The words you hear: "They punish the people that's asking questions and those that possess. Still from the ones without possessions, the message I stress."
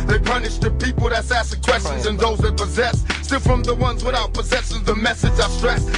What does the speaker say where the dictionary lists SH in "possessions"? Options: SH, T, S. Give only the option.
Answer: S